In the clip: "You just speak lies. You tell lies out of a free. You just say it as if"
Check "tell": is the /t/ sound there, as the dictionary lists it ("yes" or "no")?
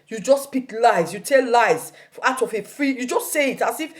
yes